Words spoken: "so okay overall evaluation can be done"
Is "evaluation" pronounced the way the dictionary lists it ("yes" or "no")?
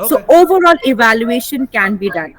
yes